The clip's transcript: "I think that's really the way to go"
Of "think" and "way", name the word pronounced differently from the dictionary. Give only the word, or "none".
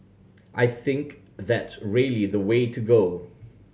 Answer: none